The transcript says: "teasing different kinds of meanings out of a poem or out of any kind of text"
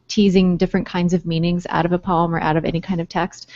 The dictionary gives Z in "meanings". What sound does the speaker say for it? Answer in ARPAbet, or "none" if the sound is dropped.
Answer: Z